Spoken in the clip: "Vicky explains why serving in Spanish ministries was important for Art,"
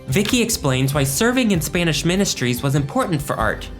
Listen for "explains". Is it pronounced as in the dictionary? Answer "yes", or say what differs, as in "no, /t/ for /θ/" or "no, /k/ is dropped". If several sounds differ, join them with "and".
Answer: yes